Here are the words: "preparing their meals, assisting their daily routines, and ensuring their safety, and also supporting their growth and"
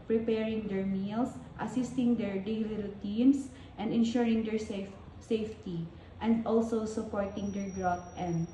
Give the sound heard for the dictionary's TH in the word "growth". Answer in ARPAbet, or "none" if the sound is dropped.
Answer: T